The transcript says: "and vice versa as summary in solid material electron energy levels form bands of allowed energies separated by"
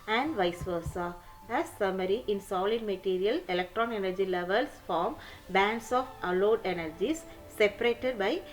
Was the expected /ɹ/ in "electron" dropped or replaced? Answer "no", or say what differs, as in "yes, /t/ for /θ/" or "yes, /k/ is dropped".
no